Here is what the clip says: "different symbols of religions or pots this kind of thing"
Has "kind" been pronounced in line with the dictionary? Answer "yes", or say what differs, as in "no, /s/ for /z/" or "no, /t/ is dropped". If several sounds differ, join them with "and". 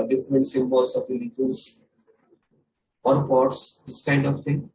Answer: yes